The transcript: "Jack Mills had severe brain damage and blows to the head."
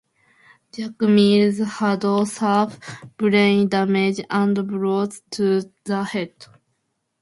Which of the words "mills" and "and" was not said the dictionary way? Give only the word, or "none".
mills